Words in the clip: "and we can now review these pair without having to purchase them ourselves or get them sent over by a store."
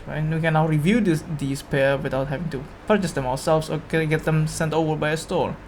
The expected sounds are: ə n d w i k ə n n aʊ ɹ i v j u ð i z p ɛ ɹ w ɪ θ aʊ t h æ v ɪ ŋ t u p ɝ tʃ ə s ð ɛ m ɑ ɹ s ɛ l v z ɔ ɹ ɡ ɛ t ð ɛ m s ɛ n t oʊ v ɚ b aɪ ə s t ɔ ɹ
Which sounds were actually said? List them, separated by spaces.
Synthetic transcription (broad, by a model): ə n w i k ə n n aʊ ɹ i v j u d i s p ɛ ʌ w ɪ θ aʊ t h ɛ v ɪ ŋ t u p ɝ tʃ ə s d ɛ m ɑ w s ɛ l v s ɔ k ɡ ɛ t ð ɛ m s ɛ n t oʊ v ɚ b aɪ ə s t ɔ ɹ